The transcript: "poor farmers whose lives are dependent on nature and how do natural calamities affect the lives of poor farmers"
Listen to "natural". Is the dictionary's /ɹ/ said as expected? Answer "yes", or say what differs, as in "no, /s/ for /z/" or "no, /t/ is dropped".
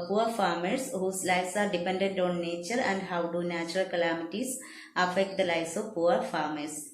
yes